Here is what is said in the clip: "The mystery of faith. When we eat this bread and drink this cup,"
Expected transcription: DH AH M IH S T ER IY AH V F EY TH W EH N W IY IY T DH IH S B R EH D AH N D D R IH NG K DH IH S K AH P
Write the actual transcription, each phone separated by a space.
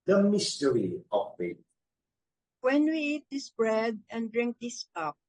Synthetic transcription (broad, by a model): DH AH M IH S T ER IY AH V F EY T W EH N W IY IY T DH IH S B R EH D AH N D D R IH NG K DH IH S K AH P